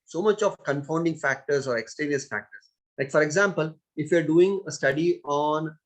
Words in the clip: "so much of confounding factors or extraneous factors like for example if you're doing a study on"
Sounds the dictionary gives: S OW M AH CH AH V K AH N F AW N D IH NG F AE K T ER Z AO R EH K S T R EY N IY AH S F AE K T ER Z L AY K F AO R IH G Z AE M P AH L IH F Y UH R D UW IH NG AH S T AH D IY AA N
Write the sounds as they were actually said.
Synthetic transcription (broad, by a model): S OW M AH CH AH V K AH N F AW N D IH NG F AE K T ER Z AO R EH K S T EY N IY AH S F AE K T ER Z L AY K F AO R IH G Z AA M P AH L IH F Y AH R D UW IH NG AH S T AH D IY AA N